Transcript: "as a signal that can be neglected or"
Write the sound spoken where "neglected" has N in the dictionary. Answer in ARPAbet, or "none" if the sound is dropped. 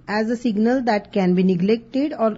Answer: N